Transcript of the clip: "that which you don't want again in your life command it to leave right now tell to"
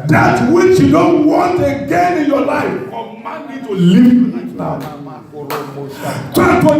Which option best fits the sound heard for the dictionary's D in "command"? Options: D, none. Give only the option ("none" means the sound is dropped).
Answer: none